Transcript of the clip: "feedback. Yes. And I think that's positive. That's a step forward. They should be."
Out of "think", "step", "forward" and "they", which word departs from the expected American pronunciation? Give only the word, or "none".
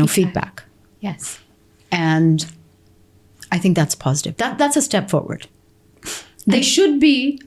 none